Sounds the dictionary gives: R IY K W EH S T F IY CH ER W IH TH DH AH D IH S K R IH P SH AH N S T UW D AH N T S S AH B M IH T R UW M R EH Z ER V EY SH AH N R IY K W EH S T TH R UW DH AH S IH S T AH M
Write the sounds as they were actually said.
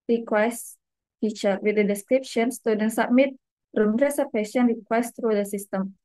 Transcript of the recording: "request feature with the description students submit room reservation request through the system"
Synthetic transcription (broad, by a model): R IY K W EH S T F IY CH ER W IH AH D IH S K R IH P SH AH N S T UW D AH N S S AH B M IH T R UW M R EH S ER P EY S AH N R IY K W EH S T R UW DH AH S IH S T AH M